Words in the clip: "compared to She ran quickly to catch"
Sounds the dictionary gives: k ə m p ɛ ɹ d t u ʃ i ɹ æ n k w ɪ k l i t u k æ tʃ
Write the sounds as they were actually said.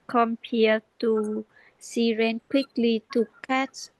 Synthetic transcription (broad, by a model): k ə m p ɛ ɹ t u s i ɹ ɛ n k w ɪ k l i t u k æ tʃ